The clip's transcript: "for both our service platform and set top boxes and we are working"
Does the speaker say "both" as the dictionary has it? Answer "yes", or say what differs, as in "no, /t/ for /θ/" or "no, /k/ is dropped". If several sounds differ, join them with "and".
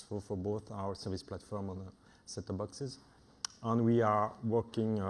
yes